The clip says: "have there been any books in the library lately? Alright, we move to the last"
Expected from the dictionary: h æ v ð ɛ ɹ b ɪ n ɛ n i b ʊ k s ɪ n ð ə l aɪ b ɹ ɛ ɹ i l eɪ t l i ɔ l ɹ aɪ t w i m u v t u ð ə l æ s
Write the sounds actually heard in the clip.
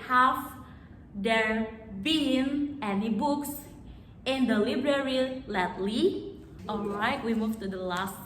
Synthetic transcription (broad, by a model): h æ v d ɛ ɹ b ɪ n ɛ n i b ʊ k s ɪ n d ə l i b ɹ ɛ ɹ i l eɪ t l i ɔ l aɪ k w i m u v t u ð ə l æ s